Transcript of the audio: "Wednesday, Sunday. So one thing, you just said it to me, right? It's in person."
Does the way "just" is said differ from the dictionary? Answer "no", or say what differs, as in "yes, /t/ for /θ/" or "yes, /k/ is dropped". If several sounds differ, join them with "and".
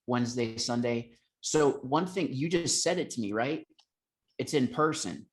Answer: no